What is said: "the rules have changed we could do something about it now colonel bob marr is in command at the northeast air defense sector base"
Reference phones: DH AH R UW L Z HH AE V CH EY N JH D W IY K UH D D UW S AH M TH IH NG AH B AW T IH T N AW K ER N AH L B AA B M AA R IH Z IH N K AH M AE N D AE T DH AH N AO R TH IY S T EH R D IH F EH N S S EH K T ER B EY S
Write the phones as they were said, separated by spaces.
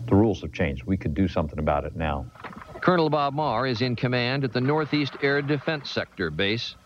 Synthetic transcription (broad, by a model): DH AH R UW L Z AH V CH EY N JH W IY K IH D D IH S AH M TH IH NG AH B AW T IH T N AW K ER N L B AA B M AA R IH Z IH N K AH M AE N D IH T DH AH N AO R TH IY S T EH R D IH F EH N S S EH K T ER B EY S